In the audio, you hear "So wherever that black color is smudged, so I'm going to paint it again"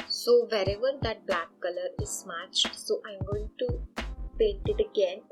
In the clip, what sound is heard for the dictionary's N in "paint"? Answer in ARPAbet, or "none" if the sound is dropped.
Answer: none